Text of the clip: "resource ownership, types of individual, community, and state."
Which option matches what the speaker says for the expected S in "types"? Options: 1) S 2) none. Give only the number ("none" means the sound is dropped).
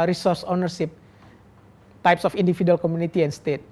1